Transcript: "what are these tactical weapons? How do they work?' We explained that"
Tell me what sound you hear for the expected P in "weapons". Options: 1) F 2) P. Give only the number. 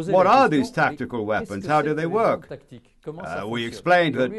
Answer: 2